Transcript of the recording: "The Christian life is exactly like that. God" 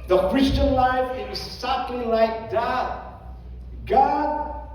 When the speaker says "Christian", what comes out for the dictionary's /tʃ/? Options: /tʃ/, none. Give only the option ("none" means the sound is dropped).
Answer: /tʃ/